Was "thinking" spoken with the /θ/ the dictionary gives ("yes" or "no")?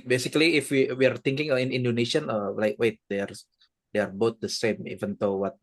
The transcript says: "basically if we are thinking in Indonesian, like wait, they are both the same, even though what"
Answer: no